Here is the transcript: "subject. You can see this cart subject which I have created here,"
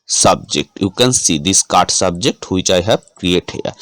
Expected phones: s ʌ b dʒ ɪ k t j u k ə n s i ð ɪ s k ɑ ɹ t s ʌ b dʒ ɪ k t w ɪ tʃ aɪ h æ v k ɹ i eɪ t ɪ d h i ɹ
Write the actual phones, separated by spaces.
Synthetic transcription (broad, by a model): s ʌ b dʒ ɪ k t j u k ə n s i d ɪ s k ɑ ɹ t s ʌ b dʒ ɪ k t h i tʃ aɪ h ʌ p k ɹ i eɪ t h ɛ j